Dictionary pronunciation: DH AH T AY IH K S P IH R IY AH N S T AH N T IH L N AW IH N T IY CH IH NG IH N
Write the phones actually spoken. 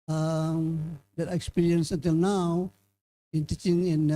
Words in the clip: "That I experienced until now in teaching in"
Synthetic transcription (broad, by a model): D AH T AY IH K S P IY R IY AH N S AH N T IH L N AW IH N T IY CH IH NG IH N